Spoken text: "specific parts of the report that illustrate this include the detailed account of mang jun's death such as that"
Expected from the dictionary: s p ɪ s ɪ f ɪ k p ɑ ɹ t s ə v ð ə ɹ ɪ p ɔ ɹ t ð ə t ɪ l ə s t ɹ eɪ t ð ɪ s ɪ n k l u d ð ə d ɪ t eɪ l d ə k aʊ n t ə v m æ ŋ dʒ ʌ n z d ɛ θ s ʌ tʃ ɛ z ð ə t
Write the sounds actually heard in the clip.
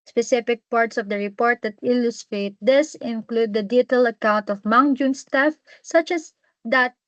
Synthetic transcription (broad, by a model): s p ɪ s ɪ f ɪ k p ɑ ɹ t s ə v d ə ɹ ɪ p ɔ ɹ t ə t ɪ l ə s t ɹ eɪ t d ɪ s ɪ n k l u d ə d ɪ t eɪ l ə k aʊ n t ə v m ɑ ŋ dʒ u n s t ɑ f s ʌ tʃ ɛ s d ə t